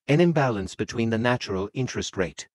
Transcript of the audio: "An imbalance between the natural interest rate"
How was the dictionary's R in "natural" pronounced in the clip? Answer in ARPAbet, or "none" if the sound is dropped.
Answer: R